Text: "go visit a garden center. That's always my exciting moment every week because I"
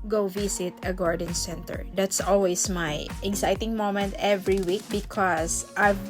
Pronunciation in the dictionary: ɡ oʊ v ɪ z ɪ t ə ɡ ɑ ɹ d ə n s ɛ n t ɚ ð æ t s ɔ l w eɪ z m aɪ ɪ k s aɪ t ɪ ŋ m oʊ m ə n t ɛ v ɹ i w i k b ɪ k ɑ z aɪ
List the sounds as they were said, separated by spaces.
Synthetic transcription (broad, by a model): ɡ oʊ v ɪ s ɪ t ə ɡ ɑ ɹ d ə n s ɛ n t ɚ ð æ t s ɔ l w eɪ s m aɪ ɪ k s aɪ t ɪ ŋ m oʊ m ə n t ɛ v ɹ i w i k b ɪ k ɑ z aɪ